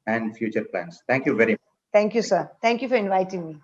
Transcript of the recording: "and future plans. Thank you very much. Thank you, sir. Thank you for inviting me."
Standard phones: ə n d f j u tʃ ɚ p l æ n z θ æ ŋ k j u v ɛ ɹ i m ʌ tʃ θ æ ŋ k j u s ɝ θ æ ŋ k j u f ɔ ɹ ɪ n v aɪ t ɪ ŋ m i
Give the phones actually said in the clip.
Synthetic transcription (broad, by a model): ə n d f j u tʃ ɚ p l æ n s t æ ŋ k j u v ɛ ɹ i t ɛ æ ŋ k j u s ɝ t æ ŋ k j u f ɔ ɹ ɪ n v aɪ t ɪ ŋ m i